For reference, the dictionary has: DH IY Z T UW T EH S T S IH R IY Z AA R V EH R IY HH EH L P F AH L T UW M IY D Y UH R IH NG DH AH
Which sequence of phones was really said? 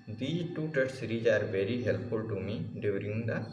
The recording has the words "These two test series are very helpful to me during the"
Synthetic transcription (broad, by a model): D IY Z T UW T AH T S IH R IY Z AA R V EH R IY HH EH L P F AH L T UW M IY D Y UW R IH NG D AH